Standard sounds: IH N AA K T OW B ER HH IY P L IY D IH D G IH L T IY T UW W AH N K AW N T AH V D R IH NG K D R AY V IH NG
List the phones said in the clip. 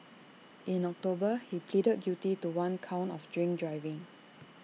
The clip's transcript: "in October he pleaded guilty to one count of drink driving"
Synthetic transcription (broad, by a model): IH N AA K T OW B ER HH IY P L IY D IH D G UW T IY T UW W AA N K AW N T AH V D R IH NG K D R AY V IH NG